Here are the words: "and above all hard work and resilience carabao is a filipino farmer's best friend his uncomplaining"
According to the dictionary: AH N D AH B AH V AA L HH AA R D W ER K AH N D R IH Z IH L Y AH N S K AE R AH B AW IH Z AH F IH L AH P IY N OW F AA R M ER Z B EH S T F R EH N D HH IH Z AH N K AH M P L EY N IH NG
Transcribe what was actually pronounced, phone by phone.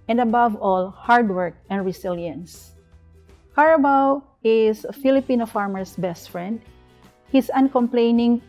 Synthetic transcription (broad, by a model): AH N D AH B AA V AA L HH AA R D W ER K AH N D R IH S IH L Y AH N S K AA R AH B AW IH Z AH F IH L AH P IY N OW F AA R M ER S B EH S T F R EH N D HH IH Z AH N K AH M P L EY N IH NG